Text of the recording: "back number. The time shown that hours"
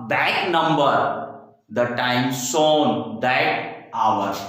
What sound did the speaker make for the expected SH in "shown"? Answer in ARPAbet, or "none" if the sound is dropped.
S